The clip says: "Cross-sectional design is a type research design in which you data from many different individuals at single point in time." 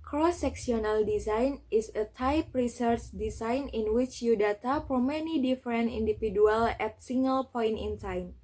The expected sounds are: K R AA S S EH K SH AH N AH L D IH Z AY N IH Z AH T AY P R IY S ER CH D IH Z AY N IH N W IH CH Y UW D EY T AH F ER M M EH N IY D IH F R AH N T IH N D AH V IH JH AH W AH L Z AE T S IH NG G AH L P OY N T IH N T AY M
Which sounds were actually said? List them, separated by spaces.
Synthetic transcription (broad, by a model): K R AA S S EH K S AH N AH L D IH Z AY N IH S AH T AY P R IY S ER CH D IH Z AY N IH N W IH CH Y UW D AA T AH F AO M M EH N IY D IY F R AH N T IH N D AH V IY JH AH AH L EH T S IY NG G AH L P OY N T IH N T AY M